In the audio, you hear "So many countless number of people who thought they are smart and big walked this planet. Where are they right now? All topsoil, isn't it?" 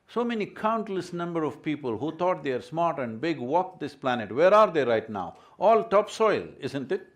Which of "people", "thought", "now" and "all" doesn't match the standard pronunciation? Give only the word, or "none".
thought